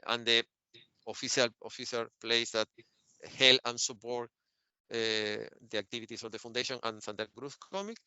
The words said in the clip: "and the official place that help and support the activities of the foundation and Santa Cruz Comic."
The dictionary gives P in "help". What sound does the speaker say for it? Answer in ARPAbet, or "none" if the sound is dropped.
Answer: none